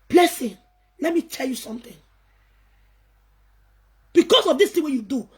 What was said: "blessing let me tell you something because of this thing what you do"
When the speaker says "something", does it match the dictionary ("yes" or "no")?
no